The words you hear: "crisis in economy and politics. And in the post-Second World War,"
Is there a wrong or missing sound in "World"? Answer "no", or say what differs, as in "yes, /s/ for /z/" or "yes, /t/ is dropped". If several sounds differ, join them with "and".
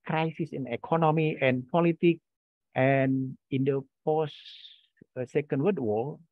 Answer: yes, /l/ is dropped